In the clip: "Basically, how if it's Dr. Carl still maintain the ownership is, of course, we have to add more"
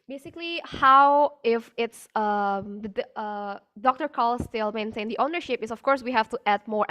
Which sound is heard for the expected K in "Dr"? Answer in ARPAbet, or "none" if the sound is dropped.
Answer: K